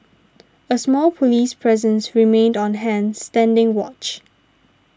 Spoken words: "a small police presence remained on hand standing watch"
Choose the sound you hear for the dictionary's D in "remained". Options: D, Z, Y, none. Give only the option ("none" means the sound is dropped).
D